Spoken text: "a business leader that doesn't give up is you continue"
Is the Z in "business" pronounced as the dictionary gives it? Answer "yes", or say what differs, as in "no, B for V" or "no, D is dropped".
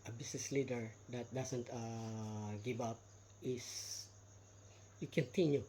no, S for Z